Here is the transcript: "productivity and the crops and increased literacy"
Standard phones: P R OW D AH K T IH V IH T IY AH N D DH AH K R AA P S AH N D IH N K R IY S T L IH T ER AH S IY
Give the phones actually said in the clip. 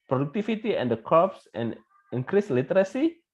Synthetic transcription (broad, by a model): P R OW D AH K T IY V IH T IY AH N D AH K AA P S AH N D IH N K R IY S L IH T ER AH S IY